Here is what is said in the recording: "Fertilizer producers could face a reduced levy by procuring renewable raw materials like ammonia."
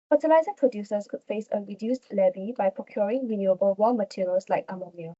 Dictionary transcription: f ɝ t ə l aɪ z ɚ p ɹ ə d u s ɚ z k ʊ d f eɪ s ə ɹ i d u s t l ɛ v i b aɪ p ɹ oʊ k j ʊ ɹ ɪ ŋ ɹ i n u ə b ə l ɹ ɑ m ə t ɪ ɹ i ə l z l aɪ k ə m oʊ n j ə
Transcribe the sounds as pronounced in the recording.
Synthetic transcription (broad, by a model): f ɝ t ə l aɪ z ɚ p ɹ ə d u s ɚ s k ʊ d f eɪ s ə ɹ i d u s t l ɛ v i b aɪ p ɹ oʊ k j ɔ ɹ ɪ ŋ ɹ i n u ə b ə l w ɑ m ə t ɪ ɹ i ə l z l aɪ k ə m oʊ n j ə